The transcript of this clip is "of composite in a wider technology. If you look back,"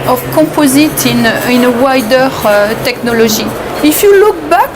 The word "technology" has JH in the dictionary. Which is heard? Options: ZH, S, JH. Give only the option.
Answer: ZH